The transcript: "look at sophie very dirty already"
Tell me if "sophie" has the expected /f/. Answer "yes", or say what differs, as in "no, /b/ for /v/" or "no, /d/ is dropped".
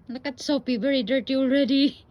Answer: no, /p/ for /f/